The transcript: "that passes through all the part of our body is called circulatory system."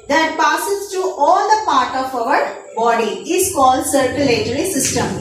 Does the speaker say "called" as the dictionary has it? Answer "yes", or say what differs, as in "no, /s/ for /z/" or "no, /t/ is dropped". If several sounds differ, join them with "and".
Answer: yes